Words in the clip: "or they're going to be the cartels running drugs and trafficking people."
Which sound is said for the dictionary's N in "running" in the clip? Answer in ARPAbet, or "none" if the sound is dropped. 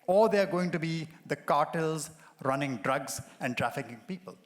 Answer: N